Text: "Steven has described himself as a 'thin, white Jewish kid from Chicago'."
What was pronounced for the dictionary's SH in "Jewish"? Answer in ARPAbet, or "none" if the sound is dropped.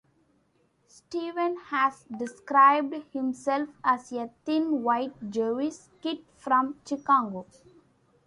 S